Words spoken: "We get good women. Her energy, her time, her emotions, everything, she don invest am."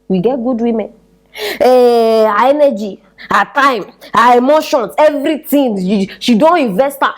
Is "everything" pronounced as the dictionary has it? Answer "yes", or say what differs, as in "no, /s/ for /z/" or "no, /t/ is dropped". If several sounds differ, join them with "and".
no, /t/ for /θ/